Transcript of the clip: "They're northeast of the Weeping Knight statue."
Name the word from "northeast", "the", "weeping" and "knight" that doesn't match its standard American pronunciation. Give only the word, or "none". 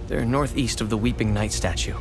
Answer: none